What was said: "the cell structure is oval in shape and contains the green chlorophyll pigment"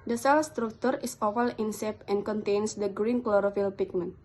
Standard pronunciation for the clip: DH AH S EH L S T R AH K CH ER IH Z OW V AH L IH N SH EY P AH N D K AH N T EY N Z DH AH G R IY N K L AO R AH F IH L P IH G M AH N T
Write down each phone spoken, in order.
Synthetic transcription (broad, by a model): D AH S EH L S T R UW K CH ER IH S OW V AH L IH N S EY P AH N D K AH N T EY N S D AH G R IY N K L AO R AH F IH L P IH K M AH N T